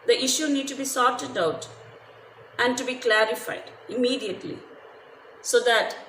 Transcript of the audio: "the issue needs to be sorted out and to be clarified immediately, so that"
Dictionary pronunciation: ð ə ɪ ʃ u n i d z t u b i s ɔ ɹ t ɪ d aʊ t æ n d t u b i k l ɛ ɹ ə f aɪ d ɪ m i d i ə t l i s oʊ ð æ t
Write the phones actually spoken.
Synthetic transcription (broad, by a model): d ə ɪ ʃ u n i d t u b i s ɔ ɹ t ɪ d aʊ t æ n d t u b i k l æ ɹ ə f aɪ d ɪ m i d i ə t l i s oʊ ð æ t